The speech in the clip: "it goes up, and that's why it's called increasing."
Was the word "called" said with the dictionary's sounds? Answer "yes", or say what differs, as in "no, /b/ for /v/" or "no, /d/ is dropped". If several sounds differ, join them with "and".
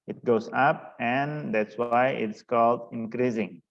yes